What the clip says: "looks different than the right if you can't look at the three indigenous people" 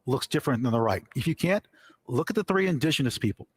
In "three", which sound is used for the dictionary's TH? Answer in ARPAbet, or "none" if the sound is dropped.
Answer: TH